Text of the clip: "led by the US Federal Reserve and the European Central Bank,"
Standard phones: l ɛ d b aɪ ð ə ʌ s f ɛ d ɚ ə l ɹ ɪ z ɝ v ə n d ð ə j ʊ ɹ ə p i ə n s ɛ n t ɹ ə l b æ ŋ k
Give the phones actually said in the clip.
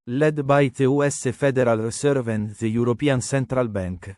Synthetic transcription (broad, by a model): l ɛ d b aɪ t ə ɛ s f ɛ d ɚ ə l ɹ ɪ s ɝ v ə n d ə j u ɹ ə p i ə n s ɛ n t ɹ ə l b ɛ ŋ k